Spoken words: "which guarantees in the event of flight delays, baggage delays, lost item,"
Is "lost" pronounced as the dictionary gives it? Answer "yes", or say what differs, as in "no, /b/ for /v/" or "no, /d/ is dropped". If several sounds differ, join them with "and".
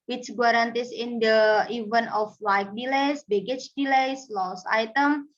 no, /t/ is dropped